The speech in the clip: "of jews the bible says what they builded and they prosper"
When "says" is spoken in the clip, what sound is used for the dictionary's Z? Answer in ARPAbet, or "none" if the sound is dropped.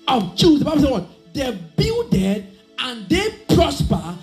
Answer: none